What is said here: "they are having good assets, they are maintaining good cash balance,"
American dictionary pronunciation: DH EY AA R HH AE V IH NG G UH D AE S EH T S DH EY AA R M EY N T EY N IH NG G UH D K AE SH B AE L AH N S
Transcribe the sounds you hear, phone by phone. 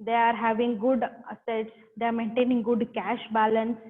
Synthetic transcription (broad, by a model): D EY AA R HH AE V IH NG G UH D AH S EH T S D EY AA R M EY N T EY N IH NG G UH D K AE SH B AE L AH N S